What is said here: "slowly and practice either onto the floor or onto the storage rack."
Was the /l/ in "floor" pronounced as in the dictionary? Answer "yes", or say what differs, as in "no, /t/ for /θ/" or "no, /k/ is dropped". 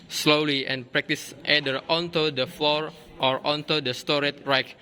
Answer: no, /l/ is dropped